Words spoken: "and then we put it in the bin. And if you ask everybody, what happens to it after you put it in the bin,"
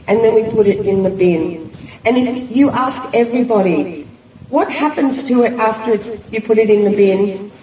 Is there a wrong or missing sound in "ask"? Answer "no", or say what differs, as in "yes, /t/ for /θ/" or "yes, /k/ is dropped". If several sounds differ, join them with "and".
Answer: no